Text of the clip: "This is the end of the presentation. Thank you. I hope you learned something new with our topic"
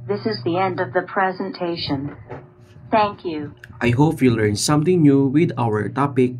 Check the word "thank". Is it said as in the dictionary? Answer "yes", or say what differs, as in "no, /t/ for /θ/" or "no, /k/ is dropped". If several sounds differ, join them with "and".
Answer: yes